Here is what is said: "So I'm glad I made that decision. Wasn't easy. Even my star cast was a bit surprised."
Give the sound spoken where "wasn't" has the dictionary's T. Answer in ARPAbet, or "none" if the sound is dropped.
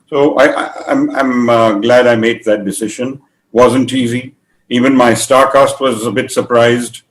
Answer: T